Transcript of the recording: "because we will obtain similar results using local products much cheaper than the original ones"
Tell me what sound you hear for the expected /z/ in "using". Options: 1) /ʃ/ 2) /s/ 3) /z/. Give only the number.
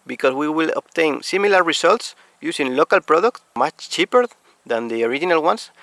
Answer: 2